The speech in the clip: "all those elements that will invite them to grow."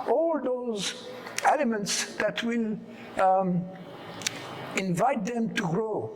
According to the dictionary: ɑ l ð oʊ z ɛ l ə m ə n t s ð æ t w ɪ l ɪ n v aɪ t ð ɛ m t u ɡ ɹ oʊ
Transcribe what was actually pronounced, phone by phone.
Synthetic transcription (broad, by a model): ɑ l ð oʊ z ɛ l ə m ə n t s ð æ t w ɪ l ɪ n v aɪ t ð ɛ m t u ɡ ɹ oʊ